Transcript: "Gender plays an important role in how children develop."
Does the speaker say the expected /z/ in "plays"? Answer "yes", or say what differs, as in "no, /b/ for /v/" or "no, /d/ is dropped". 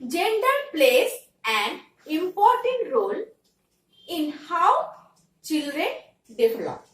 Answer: no, /s/ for /z/